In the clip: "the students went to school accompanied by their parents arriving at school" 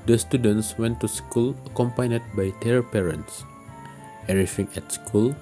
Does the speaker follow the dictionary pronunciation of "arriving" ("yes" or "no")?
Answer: no